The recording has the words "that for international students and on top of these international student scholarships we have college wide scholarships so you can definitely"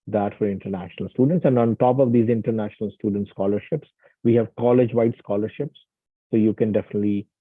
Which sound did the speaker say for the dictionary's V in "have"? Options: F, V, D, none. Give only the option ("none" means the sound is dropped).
V